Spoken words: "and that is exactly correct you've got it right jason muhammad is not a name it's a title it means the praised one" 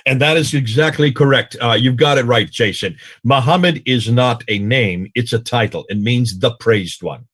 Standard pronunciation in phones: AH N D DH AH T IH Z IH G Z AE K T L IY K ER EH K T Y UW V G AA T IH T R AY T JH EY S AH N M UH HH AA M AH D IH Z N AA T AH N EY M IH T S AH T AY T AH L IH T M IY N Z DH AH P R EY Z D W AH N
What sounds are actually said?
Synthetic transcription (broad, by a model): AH N DH AH T IH Z IH G Z AE K T L IY K ER EH K T Y UW V G AA T IH T R AY T JH EY S AH N M UH HH AA M AH D IH Z N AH T AH N EY M IH T S AH T AY T L IH T M IY N Z DH AH P R EY Z D W AH N